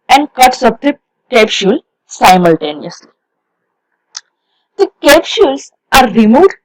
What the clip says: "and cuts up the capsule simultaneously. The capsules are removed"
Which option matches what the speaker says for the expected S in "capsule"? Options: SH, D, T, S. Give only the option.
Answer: SH